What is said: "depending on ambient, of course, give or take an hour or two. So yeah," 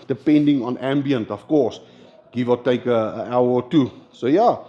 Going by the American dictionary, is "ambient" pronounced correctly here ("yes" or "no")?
yes